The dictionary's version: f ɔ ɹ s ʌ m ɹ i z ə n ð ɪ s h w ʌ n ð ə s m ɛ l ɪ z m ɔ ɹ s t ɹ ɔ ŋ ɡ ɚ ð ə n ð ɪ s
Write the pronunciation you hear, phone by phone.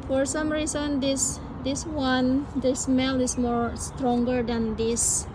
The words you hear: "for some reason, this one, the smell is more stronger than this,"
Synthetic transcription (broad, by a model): f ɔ ɹ s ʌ m ɹ i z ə n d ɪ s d w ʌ n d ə s m ɛ l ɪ s m ɔ ɹ s t ɹ ɔ ŋ ɡ ɚ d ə n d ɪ s